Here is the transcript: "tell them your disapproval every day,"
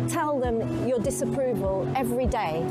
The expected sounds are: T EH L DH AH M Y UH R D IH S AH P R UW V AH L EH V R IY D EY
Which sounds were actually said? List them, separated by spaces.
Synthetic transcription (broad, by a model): T EH L DH AH M Y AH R D IH S AH P R UW V AH L EH V R IY D EY